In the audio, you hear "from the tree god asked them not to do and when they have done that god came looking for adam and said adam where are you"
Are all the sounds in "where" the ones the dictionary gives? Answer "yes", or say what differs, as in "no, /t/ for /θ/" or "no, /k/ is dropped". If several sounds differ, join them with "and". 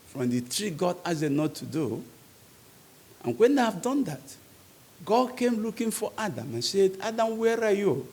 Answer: yes